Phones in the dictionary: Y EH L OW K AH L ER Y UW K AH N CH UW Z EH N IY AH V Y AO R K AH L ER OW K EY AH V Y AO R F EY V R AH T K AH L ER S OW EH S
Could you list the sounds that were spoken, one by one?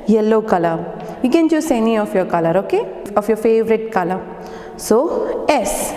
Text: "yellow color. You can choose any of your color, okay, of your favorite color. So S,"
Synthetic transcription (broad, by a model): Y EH L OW K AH L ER Y UW K AH N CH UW S EH N IY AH F Y AO R K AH L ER OW K EY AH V Y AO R F EY V R AH T K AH L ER S OW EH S